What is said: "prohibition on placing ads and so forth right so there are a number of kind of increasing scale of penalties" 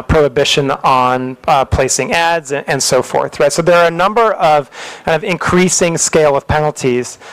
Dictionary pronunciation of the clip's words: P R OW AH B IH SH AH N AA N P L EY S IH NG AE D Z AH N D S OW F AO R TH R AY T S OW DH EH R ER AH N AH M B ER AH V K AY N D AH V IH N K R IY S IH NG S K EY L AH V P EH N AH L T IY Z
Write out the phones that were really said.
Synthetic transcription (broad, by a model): P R OW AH B IH SH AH N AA N P L EY S IH NG AE D Z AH N S OW F AO R TH R AY T S OW DH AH R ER AH N AH M B ER AH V K AY N D AH V IH N K R IY S IH NG S K EY L AH V P EH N L T IY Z